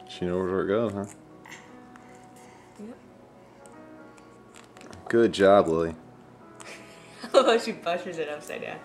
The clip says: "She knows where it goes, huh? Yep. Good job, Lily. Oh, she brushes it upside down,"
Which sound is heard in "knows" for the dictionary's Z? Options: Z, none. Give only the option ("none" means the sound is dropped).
none